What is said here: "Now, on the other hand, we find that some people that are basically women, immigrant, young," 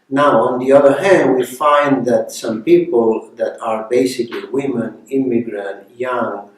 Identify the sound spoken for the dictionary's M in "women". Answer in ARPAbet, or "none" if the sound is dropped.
M